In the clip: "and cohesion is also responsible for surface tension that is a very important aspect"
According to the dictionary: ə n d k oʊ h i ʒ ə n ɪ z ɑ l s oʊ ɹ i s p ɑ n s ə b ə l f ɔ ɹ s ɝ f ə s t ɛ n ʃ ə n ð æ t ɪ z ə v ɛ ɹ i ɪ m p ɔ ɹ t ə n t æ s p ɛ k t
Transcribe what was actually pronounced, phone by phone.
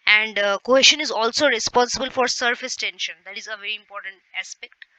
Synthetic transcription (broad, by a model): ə n d k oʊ h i ʃ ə n ɪ z ɑ l s oʊ ɹ i s p ɑ n s ə b ə l f ɔ ɹ s ɝ f ə s t ɛ n ʃ ə n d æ t ɪ z ə v ɛ ɹ i ɪ m p ɔ ɹ t ə n t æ s p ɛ k t